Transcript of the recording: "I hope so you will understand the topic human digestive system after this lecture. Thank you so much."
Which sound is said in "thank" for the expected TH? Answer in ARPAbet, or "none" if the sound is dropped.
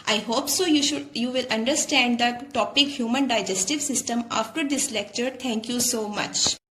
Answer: T